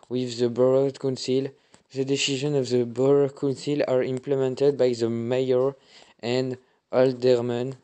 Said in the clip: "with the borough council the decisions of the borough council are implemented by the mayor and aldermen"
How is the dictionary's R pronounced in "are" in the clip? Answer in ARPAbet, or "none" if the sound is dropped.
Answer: R